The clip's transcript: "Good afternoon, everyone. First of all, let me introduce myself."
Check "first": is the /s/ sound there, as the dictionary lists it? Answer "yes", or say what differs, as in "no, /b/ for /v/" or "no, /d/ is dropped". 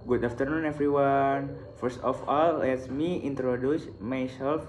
yes